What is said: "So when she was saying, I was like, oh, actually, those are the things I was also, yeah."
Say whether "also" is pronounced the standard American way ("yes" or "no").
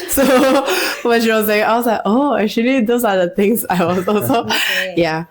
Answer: no